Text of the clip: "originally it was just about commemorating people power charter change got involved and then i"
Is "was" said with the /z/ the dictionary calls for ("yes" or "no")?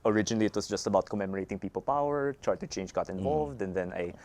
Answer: no